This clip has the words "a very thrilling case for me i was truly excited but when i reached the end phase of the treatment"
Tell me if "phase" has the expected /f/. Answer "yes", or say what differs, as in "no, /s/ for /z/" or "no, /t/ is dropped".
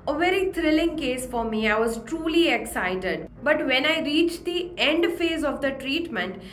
yes